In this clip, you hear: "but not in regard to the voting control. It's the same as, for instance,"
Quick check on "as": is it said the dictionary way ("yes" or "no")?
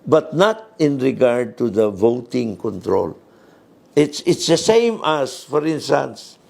no